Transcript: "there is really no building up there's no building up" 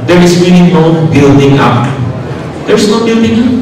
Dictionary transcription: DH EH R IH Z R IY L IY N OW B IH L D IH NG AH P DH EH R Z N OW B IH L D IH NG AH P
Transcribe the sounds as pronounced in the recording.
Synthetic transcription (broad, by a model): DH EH R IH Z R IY N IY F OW B IH L D IH NG AH P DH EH R S N OW B IH L D IH NG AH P